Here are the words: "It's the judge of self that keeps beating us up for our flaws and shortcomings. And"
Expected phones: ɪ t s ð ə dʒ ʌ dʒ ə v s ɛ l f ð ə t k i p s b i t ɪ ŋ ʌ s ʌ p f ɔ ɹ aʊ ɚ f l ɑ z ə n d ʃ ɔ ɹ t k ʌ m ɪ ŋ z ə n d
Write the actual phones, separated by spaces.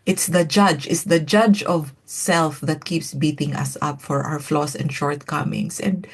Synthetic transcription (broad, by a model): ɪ t s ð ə dʒ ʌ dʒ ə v s ɛ l f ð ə t k i p s b i t ɪ ŋ ʌ s ʌ p f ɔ ɹ aʊ ɚ f l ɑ s ə n d ʃ ɔ ɹ t k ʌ m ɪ ŋ s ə n d